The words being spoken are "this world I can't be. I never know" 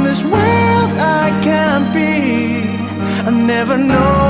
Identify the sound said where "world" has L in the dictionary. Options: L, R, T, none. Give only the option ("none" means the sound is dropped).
none